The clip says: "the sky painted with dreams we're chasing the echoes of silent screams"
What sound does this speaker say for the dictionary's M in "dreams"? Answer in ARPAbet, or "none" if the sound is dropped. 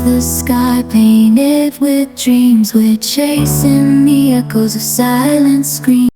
M